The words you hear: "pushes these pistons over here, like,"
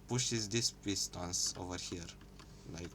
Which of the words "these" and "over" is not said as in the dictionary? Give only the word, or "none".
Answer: these